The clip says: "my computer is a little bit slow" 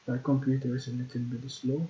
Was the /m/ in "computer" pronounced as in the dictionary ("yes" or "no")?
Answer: yes